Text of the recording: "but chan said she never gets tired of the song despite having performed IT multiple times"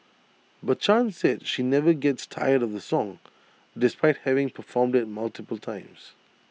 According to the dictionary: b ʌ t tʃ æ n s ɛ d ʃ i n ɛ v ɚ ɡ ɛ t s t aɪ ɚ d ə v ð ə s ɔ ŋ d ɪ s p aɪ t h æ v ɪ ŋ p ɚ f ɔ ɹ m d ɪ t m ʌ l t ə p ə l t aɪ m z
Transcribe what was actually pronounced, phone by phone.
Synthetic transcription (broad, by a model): b ʌ t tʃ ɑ n s ɛ d ʃ i n ɛ v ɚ ɡ ɛ t s t aɪ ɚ d ə v ð ə s ɔ ŋ d ɪ s p aɪ t h æ v ɪ ŋ p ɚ f ɔ ɹ m d ɪ t m ʌ l t ə p ə l t aɪ m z